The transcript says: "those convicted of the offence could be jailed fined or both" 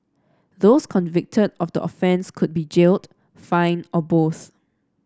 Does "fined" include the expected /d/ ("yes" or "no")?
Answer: no